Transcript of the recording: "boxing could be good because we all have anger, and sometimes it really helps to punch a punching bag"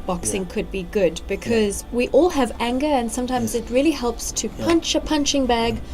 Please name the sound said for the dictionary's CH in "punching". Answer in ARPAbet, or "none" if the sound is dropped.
CH